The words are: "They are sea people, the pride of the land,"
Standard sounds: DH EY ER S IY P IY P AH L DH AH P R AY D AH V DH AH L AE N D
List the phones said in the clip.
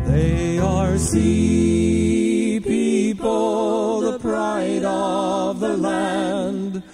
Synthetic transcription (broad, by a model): DH EY ER S IY P IY P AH L DH AH P R AY D AH V DH AH L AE N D